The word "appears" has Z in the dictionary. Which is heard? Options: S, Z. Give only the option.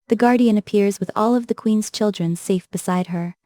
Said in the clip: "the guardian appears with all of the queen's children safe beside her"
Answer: Z